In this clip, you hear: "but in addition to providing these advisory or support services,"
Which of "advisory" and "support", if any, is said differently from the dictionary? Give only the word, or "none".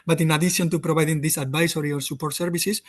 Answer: advisory